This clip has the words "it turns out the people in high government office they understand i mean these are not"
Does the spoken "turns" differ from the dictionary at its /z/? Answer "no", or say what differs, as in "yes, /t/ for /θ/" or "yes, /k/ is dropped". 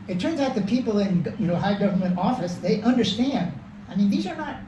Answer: no